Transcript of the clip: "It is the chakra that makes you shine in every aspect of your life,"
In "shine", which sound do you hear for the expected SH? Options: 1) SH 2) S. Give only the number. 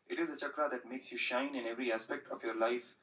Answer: 1